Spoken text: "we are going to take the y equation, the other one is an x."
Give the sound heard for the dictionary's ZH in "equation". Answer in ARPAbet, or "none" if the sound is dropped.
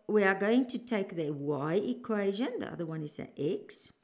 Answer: ZH